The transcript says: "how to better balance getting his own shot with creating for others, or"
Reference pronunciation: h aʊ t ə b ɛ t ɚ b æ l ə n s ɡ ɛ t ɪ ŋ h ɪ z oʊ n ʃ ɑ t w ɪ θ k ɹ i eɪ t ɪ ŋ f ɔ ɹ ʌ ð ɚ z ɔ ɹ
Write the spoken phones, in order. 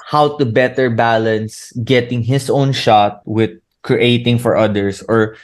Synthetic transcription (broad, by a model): h aʊ t ə b ɛ t ɚ b æ l ə n s ɡ ɛ t ɪ ŋ h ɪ s oʊ n ʃ ɑ t w ɪ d k ɹ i eɪ t ɪ ŋ f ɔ ɹ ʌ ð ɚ s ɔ ɹ